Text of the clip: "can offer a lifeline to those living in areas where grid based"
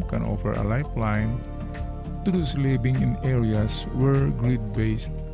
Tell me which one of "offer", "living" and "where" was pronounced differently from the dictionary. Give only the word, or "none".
living